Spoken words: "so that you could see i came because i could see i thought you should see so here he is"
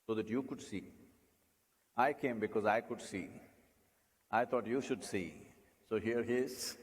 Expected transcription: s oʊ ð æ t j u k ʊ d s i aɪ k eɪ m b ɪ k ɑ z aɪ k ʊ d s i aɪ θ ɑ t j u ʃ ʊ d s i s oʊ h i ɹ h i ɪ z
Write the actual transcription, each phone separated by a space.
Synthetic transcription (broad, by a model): s oʊ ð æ t j u k ʊ d s i aɪ k eɪ m b ɪ k ɑ z aɪ k ʊ d s i aɪ t ɑ t j u ʃ ʊ d s i s oʊ h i ɹ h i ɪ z